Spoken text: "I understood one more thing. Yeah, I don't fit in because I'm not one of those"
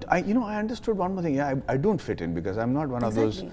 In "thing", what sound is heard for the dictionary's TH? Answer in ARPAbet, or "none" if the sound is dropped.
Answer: T